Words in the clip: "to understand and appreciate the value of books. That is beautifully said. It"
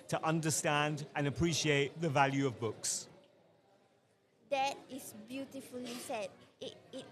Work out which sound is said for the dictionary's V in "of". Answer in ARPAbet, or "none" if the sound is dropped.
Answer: V